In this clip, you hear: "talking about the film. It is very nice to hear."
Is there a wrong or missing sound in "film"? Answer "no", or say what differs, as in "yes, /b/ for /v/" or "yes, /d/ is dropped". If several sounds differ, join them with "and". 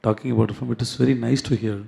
yes, /l/ is dropped